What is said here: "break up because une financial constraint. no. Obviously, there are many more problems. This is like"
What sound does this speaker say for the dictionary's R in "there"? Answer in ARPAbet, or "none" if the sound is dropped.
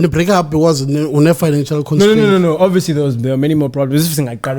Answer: W